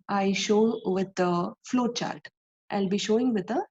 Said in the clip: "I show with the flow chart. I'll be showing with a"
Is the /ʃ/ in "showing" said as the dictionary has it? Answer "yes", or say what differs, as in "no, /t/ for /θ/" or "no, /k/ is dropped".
yes